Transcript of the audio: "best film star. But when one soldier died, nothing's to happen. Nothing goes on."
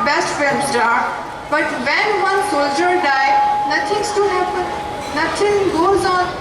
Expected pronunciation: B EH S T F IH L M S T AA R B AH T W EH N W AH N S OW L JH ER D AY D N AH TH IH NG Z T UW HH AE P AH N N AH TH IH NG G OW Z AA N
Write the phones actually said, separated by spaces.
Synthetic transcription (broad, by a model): B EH S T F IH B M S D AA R B AH T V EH N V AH N S OW L JH ER D AY D N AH T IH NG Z T UW HH AE P AH N N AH T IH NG G OW Z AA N